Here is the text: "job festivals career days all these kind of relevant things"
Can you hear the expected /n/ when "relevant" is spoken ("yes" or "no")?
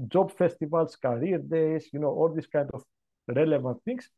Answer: yes